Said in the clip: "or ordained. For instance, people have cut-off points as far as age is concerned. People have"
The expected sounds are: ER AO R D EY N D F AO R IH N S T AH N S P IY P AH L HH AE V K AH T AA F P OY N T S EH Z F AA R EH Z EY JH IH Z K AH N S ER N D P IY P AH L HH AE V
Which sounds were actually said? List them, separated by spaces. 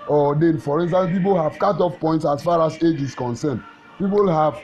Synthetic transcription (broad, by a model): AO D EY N F AO R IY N S T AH N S P IY P AH L HH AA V K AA T AA F P OY N T S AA S F AA R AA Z EY JH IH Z K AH N S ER N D P IY P AH L HH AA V